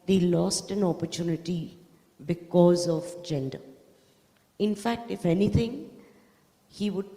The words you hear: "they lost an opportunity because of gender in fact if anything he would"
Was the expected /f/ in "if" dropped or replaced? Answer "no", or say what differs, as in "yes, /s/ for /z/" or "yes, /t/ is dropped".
no